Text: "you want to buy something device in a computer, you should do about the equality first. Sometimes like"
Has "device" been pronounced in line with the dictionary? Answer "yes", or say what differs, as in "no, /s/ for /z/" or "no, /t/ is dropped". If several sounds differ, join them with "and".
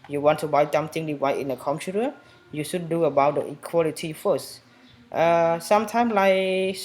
no, /s/ is dropped